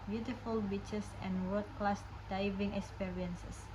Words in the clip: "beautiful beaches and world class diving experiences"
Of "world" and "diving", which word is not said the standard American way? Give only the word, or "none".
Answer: world